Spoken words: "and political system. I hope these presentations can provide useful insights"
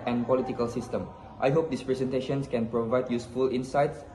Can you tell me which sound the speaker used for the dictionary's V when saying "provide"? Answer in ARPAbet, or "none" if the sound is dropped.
V